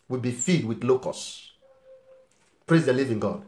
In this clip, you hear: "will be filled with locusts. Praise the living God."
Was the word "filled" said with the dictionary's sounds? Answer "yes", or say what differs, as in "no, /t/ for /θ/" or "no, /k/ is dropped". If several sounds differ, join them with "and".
no, /l/ is dropped